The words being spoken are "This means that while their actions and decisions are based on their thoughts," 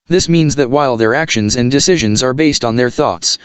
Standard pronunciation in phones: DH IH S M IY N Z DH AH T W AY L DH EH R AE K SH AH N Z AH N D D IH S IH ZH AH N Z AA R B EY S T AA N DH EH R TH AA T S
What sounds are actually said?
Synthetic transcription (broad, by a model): DH IH S M IY N Z DH AH T W AY L DH EH R AE K SH AH N Z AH N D D IH S IH ZH AH N Z AA R B EY S T N DH EH R TH AA T S